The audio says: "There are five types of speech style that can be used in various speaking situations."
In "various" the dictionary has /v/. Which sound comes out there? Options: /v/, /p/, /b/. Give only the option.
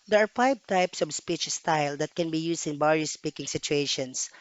/b/